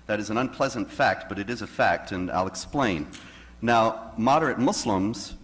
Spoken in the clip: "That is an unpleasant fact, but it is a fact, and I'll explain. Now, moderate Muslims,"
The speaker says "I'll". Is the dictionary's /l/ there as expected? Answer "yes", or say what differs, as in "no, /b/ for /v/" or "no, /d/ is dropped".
yes